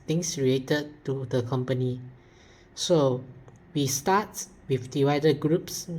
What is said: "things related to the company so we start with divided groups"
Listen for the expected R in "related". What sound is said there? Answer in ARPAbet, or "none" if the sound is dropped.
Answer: R